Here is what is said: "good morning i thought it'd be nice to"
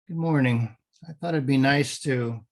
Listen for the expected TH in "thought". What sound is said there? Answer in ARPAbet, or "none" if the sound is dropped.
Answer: TH